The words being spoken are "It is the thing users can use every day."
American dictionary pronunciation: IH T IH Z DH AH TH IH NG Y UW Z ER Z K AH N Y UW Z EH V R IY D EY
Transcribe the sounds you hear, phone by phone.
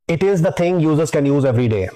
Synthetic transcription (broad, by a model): IH T IH Z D AH T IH NG Y UW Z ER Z K AH N Y UW Z EH V R IY D EY